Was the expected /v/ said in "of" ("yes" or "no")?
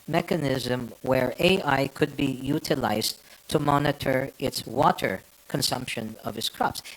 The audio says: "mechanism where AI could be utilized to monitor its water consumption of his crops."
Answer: yes